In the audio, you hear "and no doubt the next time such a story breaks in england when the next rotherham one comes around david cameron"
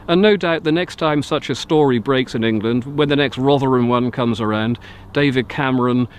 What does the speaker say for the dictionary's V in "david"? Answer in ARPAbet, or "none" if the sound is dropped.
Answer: V